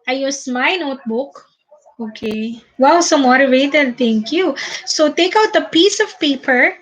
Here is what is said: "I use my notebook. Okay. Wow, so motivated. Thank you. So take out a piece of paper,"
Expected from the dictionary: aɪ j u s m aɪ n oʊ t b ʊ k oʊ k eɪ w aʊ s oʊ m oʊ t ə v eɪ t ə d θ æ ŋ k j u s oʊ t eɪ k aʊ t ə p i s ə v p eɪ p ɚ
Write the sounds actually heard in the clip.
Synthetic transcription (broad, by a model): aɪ j u s m aɪ n oʊ t b ʊ k oʊ k eɪ w aʊ s oʊ m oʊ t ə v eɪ t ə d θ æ ŋ k j u s oʊ t eɪ k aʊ t ə p i s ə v p eɪ p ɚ